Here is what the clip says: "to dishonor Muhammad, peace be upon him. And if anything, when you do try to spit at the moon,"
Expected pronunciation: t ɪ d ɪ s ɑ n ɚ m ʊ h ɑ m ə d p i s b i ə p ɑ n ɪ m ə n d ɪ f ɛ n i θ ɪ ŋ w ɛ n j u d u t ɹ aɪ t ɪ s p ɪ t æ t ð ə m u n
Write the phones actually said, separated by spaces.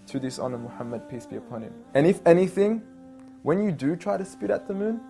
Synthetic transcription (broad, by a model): t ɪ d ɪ s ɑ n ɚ m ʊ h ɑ m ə d p i s b i ə p ɑ n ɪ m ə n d ɪ f ɛ n i θ ɪ ŋ w ɛ n j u d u t ɹ aɪ t ɪ s p ɪ t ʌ t ð ə m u n